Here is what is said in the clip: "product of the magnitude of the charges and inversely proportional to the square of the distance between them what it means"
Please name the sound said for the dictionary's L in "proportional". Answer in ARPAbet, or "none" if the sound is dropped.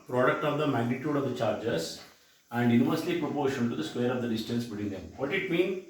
N